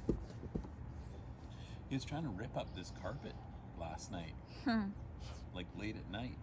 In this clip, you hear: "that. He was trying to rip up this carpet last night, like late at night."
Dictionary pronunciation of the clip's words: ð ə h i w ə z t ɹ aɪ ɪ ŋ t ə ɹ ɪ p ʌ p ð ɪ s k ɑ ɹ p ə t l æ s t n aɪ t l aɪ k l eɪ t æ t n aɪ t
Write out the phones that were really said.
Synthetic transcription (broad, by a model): h i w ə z t ɹ aɪ ɪ ŋ t ə ɹ ɪ p ʌ p ð ɪ s k ɑ ɹ p ə t l æ s t n aɪ t l aɪ k l eɪ t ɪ t n aɪ t